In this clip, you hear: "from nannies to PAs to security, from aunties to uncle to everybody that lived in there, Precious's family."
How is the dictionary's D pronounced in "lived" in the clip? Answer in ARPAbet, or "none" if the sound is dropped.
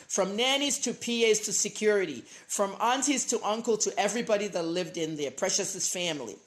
D